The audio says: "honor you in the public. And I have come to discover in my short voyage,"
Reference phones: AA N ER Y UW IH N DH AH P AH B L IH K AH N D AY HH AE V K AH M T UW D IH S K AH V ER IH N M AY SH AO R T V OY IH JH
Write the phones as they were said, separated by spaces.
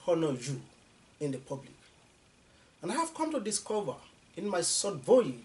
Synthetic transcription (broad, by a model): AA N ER Y UW IH N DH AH P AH B L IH K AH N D AY HH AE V K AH M T UW D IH S K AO V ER IH N M AY S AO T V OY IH